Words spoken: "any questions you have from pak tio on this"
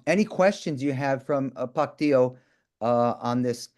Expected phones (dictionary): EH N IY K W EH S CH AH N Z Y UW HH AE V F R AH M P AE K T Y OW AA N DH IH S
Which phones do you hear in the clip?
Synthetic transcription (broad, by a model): EH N IY K W EH S CH AH N Z Y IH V F R AH M P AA K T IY OW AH N DH IH S